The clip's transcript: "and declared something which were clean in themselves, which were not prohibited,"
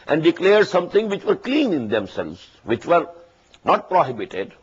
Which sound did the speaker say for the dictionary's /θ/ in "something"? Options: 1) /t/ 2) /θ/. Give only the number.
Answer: 1